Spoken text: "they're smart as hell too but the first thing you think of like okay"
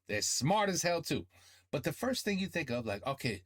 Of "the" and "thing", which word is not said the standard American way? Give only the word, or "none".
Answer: none